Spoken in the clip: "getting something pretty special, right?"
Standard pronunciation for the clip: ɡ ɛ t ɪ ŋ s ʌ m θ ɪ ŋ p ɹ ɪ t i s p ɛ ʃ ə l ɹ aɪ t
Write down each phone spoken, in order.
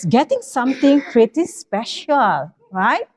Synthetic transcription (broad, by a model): ɡ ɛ t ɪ ŋ s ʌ m t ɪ ŋ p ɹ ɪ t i s p ɛ ʃ ə l ɹ aɪ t